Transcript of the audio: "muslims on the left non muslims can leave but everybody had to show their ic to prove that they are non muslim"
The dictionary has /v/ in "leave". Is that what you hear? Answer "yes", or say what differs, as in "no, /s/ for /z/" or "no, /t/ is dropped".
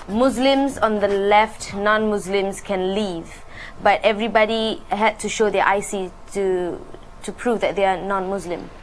yes